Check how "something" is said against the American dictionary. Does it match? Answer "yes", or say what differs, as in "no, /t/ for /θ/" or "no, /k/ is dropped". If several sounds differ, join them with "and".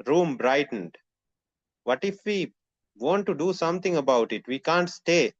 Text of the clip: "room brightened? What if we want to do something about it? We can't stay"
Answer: no, /t/ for /θ/